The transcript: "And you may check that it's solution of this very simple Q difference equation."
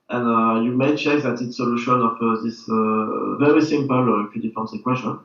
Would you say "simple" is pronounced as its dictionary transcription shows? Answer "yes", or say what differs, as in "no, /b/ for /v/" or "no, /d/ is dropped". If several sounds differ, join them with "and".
yes